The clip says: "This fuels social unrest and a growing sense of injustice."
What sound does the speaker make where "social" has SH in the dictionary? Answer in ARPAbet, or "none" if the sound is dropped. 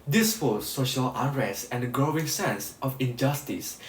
SH